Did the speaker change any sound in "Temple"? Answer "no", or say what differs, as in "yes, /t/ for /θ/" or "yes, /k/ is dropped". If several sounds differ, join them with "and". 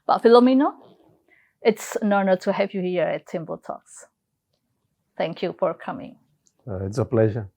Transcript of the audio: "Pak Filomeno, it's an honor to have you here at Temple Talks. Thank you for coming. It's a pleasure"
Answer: yes, /b/ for /p/